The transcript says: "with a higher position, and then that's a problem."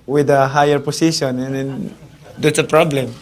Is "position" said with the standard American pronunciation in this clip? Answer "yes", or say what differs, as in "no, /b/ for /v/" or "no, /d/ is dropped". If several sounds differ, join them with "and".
no, /s/ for /z/